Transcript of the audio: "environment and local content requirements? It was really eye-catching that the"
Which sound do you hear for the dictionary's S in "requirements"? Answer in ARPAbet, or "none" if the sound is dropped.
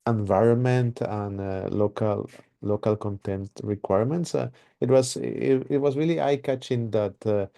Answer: S